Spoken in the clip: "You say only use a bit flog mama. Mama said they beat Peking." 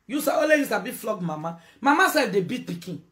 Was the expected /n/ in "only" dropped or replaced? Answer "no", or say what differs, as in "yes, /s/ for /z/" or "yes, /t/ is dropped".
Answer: yes, /n/ is dropped